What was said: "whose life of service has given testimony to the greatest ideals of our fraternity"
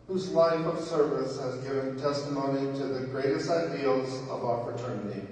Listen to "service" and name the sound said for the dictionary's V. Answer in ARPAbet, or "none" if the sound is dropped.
V